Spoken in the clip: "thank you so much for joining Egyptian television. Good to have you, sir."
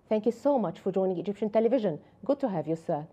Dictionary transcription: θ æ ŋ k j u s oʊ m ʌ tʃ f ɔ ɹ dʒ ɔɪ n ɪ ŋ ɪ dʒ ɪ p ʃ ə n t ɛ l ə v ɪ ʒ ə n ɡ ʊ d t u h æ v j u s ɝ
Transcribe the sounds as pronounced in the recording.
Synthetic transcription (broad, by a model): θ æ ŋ k j u s oʊ m ʌ tʃ f ɔ ɹ dʒ ɔɪ n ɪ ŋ ɪ dʒ ɪ p ʃ ə n t ɛ l ə v ɪ ʒ ə n ɡ ʊ d t u h æ v j u s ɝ